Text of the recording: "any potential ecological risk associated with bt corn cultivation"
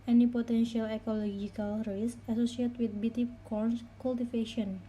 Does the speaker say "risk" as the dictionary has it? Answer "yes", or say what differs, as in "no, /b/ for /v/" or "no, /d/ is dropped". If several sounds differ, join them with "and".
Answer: no, /k/ is dropped